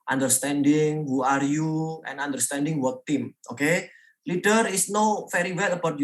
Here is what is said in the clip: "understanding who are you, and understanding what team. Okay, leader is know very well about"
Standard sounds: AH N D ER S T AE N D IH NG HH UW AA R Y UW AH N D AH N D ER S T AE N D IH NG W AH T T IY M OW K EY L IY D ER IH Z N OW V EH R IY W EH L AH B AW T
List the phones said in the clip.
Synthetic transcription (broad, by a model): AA N D ER S T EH N D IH NG HH UW AA R Y UW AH N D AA N D ER S T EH N D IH NG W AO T T IY M OW K EY L IY D ER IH S N OW F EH R IY W EH L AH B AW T